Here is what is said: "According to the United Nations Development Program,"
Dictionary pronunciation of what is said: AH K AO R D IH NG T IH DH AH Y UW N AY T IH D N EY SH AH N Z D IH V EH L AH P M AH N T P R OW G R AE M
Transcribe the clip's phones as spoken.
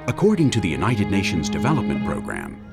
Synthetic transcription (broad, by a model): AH K AO R D IH NG T IH DH AH Y UW N AY T IH D N EY SH AH N Z D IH V EH L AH P M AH N P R OW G R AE M